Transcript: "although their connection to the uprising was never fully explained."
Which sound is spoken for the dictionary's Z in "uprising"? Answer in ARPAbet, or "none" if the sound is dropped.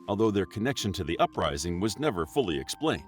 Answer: Z